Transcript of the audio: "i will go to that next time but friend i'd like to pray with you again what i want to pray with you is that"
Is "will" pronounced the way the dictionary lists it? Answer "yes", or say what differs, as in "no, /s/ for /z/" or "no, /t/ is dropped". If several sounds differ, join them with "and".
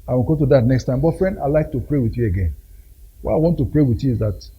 no, /n/ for /l/